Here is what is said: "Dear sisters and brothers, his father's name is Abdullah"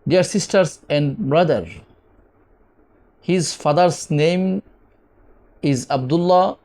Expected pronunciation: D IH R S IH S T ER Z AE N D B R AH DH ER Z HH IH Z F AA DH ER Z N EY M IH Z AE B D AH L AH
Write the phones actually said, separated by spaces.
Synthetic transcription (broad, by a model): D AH R S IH S T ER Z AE N D B R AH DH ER HH IH Z F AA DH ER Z N EY M IH Z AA B D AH L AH